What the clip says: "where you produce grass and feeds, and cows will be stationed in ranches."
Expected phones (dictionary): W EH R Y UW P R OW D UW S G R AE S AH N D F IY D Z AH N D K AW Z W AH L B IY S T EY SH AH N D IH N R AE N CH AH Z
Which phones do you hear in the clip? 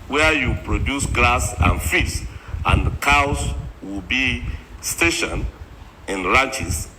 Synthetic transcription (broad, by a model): W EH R Y UW P R OW D UW S G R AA S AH N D F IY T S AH N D K AW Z W AH L B IY S T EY SH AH N IH N R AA N CH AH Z